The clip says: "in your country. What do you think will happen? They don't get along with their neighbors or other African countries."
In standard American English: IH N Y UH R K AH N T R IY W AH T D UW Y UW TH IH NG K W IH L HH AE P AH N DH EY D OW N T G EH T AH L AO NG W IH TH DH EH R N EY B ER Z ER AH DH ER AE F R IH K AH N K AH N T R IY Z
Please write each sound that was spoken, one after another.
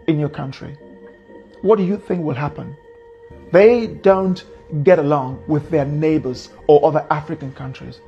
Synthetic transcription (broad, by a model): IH N Y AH R K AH N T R IY W AH T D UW Y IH TH IH NG K W IH L HH AE P AH N DH EY D OW N T G EH T AH L AO NG W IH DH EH R N EY B ER Z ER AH DH ER AE F R IH K AH N K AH N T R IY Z